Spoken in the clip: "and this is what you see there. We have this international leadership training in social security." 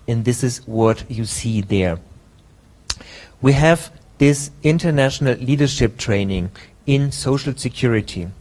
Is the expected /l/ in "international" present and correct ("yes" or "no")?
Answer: yes